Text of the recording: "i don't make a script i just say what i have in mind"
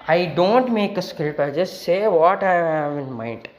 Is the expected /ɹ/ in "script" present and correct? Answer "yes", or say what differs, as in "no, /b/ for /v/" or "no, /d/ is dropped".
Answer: no, /ɹ/ is dropped